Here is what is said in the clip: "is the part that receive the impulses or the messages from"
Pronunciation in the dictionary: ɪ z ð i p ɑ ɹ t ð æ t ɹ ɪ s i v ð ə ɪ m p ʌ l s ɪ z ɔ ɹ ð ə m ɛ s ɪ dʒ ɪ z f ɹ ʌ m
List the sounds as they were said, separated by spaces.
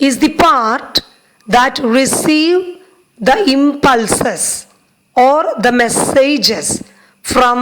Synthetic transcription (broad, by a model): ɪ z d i p ɑ ɹ t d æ t ɹ ɪ s i v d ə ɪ m p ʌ l s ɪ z ɔ ɹ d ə m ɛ s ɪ dʒ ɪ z f ɹ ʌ m